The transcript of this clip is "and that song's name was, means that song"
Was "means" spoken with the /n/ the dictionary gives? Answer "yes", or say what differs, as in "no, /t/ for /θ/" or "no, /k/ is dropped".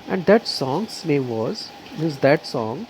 no, /n/ is dropped